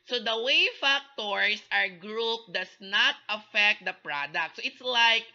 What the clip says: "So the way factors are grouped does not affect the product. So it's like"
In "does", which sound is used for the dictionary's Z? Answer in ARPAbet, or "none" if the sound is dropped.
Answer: S